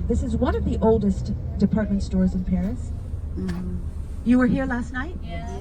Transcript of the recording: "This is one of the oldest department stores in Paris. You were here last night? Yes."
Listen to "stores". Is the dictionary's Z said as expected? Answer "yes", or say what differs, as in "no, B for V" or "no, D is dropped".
yes